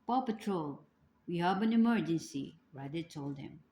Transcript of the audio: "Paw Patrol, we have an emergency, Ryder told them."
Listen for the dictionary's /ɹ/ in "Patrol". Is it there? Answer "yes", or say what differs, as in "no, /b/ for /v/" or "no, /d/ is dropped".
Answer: yes